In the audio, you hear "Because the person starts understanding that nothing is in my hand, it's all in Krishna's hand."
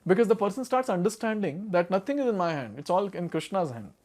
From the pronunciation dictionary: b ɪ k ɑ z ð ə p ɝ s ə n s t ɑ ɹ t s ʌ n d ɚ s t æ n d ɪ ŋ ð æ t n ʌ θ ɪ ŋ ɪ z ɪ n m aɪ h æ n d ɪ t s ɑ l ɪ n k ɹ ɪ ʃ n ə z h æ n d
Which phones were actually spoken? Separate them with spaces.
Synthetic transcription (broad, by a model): b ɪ k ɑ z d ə p ɝ s ə n s t ɑ ɹ t s ʌ n d ɚ s t æ n d ɪ ŋ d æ t n ʌ t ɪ ŋ ɪ z ɪ n m aɪ h æ n d ɪ t s ɑ l ɪ n k ɹ ɪ ʃ n ə z h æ n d